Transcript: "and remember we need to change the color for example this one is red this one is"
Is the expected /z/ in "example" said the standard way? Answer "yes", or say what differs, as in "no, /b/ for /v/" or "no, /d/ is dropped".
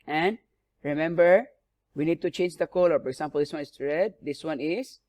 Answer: no, /s/ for /z/